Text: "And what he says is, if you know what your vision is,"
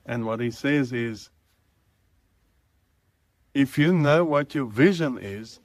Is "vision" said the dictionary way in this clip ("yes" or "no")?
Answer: yes